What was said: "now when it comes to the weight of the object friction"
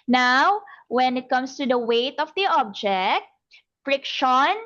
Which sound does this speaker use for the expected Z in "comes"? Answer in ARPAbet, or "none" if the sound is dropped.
S